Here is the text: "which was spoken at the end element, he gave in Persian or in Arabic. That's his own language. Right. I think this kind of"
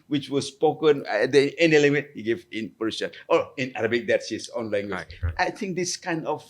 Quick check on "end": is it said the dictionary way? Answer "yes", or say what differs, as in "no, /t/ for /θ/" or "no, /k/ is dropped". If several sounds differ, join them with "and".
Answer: no, /d/ is dropped